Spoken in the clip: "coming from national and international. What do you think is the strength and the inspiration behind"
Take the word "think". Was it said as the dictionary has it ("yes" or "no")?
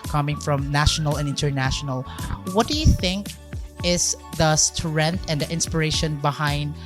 yes